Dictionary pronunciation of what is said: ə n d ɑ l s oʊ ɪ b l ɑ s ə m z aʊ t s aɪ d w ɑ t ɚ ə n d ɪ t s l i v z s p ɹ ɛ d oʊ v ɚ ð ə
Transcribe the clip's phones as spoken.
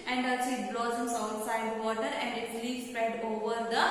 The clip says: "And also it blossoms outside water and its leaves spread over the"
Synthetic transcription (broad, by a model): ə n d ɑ s ɪ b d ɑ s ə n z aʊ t s aɪ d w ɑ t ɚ ə n d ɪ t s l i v s p ɹ ɛ d oʊ v ɚ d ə